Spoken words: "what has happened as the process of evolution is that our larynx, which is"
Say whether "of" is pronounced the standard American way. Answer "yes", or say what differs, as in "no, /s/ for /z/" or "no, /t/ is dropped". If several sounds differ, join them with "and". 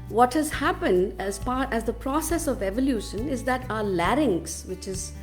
yes